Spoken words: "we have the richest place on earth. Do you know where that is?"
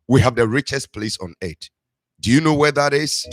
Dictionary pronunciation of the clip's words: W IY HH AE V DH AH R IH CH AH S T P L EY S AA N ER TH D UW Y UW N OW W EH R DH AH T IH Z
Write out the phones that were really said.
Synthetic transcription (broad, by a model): W IY HH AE V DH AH R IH CH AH S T P L EY S AA N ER T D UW Y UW N OW W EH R DH AH T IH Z